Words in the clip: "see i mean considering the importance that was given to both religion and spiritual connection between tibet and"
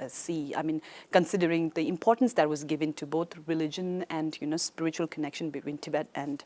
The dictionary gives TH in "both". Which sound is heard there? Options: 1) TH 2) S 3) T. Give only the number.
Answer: 3